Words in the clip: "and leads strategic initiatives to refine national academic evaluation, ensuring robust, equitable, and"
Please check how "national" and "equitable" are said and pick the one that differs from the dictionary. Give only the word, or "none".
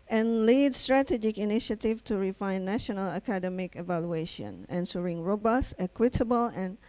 none